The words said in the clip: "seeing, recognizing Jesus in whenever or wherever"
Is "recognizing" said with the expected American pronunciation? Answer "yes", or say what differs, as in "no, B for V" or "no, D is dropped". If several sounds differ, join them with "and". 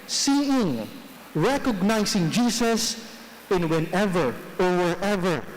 no, S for Z